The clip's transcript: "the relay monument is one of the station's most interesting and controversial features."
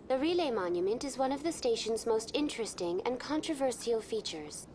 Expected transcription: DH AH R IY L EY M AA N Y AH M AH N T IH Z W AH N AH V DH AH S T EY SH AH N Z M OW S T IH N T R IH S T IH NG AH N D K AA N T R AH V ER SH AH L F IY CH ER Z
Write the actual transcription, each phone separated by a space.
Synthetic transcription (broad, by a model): DH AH R IY L EY M AA N Y AH M AH N T IH Z W AH N AH V DH AH S T EY SH AH N Z M OW S T IH N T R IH S T IH NG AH N K AA N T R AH V ER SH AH L F IY CH ER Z